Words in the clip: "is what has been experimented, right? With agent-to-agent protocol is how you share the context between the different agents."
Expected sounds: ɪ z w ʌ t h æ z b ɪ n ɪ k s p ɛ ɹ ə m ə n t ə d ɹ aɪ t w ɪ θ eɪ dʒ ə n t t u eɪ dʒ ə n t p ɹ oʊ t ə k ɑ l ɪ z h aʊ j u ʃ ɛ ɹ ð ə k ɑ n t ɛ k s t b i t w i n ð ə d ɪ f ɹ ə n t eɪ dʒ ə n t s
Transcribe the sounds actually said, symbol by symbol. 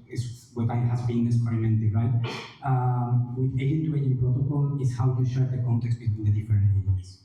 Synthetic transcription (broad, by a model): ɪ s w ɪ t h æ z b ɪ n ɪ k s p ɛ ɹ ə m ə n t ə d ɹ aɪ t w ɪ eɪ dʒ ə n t t u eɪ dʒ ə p ɹ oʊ t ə k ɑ l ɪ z h aʊ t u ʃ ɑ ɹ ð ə k ɑ n t ɛ k s t b i t w i n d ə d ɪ f ə t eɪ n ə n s